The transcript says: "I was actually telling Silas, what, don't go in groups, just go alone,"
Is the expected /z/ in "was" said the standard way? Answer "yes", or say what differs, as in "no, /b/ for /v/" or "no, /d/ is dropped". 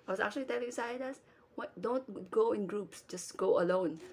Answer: no, /s/ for /z/